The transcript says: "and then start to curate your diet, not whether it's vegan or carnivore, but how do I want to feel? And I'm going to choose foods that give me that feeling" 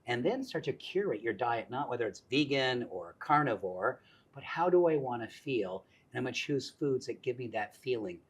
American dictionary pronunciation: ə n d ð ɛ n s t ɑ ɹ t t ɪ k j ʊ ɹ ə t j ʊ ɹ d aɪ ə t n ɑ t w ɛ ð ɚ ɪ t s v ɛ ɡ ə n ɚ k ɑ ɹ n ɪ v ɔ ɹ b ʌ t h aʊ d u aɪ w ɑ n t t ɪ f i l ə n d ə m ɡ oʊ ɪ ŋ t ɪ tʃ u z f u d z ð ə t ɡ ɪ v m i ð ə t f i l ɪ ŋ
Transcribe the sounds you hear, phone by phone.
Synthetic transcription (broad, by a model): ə n ð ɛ n s t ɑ ɹ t t ɪ k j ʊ ɹ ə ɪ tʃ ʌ ɹ d aɪ ə t n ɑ t w ɛ ð ɚ ɪ t s v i ɡ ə n ɚ k ɑ ɹ n ɪ v ɔ ɹ b ʌ t h aʊ d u aɪ w ɑ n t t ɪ f i l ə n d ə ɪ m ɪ tʃ u z f u d z ð ə t ɡ ɪ v m i ð ə t f i l ɪ ŋ